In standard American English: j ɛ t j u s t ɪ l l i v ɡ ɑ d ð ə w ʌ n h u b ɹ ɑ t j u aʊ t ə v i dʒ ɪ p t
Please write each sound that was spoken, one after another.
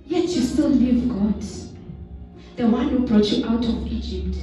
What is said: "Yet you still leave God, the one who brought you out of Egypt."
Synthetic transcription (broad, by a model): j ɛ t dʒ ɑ s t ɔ n l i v ɡ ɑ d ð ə w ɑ n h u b ɹ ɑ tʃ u aʊ t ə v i dʒ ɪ p t